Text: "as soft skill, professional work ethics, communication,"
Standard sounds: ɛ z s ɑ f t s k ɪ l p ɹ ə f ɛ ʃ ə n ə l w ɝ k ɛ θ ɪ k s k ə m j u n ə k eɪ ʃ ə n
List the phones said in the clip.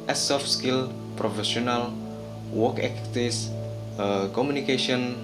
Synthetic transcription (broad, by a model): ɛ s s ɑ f s k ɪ l p ɹ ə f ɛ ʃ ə n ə l w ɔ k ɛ t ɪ s k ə m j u n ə k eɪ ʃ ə n